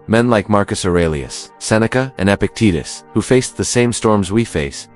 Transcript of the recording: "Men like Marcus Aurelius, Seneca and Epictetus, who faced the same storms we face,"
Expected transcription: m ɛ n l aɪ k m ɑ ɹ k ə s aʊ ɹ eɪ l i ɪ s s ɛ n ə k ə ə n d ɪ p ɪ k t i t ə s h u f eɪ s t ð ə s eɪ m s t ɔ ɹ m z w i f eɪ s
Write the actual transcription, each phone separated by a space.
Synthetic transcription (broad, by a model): m ɛ n l aɪ k m ɑ ɹ k ə s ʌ ɹ eɪ l i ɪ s s ɛ n ə k ə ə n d ɪ p ɪ k t i t ə s h u f eɪ s ð ə s eɪ m s t ɔ ɹ m z w i f eɪ s